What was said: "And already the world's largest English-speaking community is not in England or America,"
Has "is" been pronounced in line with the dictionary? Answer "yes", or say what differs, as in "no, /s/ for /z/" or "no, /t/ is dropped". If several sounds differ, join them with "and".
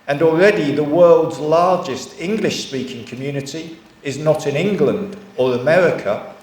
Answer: yes